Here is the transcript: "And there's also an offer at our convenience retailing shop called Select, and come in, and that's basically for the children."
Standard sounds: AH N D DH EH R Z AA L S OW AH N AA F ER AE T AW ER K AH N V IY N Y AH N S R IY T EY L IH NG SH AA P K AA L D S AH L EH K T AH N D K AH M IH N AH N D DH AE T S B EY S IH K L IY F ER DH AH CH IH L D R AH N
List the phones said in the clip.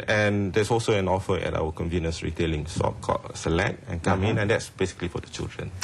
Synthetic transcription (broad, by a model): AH N D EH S AA L S OW AH N AA F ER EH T AW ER K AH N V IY N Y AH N S R IY T EY L IH NG S AA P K AA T S AH L EH K T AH N K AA M IH N AH N D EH T S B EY S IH K L IY F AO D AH CH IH L D R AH N